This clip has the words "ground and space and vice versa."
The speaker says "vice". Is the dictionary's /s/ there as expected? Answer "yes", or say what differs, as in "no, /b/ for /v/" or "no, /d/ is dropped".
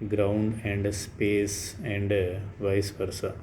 yes